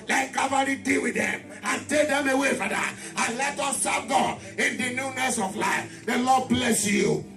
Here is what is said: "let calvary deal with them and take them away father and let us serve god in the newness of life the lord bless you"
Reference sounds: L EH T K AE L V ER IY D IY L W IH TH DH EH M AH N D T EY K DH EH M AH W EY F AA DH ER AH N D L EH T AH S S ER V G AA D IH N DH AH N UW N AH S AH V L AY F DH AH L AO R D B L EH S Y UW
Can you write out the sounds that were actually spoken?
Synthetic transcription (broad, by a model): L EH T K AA V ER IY D IY L W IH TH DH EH M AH N T EY K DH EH M AH W EY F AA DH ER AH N L EH T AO S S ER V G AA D IH N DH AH N UW N AH S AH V L AY F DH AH L AO D B L EH S Y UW